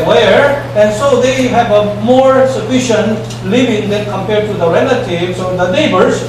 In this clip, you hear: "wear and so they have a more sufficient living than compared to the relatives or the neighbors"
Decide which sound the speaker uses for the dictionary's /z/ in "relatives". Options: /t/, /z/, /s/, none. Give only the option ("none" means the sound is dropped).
/s/